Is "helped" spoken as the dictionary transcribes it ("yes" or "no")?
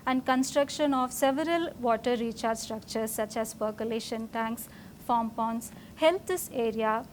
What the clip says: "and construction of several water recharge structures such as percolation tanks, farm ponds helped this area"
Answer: no